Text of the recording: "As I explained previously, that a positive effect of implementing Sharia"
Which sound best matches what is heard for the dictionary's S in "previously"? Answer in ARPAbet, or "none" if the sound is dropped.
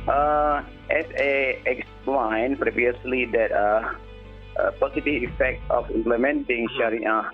S